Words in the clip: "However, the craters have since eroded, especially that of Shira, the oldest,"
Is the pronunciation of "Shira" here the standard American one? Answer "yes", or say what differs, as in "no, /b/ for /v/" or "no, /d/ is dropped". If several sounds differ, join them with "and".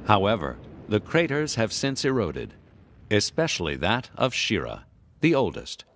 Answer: yes